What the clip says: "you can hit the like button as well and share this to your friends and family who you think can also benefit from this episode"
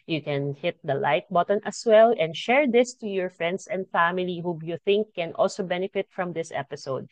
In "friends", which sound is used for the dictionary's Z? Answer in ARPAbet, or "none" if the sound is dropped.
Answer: S